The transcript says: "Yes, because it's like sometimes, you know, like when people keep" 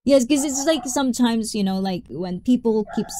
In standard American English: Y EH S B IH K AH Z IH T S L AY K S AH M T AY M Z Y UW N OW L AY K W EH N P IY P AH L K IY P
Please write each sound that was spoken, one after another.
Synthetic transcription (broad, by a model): Y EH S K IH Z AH S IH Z L AY K S AH M T AY M Z Y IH N OW L AY K W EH N P IY P L K IY P